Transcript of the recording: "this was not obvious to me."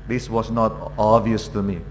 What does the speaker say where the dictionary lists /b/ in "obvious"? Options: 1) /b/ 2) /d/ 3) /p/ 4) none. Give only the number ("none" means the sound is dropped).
4